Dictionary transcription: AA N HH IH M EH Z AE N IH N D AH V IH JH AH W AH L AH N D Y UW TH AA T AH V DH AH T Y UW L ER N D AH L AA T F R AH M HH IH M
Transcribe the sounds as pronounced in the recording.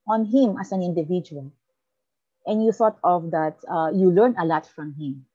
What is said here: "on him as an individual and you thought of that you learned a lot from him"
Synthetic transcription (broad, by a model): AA N HH IH M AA S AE N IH N D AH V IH JH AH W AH L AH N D Y UW TH AA T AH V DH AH T Y UW L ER N AH L AA T F R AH M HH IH M